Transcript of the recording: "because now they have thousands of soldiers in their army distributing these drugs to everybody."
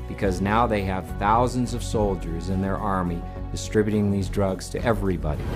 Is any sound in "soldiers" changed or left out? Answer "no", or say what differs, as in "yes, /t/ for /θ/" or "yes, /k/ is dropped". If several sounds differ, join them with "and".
no